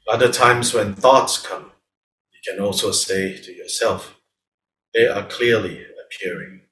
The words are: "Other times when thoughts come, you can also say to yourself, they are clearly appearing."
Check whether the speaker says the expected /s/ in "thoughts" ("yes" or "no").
yes